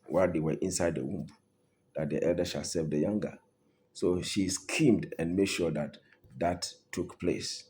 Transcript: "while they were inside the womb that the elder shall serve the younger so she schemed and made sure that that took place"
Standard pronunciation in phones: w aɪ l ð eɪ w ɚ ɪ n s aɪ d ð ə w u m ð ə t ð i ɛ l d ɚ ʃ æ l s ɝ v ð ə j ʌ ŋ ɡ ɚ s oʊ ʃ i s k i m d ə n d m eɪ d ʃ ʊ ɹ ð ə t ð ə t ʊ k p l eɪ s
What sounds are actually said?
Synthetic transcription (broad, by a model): w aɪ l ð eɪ w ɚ ɪ n s aɪ d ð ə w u m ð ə t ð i ɛ l d ɚ ʃ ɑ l s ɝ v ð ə j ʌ ŋ ɡ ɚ s oʊ ʃ i s k i m d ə n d m eɪ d ʃ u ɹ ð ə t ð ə t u k p l eɪ s